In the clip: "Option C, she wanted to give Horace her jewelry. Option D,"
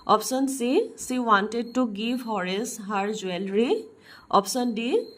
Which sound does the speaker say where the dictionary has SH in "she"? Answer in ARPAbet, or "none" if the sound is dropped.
S